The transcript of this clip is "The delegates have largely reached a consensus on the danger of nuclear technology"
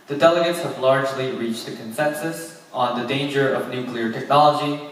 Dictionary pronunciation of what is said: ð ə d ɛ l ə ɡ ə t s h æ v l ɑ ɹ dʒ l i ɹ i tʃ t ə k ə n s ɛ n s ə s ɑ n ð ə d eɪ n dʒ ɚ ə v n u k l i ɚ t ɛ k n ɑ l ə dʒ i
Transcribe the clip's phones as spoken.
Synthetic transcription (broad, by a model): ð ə d ɛ l ə ɡ ə t s h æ v l ɑ ɹ dʒ l i ɹ i tʃ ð ə k ə n s ɛ n s ə s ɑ n ð ə d eɪ n dʒ ɚ ə v n u k l i ɚ t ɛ k n ɑ l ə dʒ i